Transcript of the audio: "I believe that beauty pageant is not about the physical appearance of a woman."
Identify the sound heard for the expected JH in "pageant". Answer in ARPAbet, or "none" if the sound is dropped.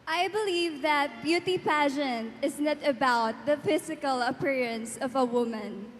SH